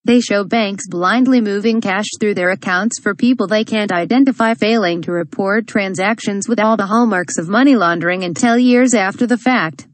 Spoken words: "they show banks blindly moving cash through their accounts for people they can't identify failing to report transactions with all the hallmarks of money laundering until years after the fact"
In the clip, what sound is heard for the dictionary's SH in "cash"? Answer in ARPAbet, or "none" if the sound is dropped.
SH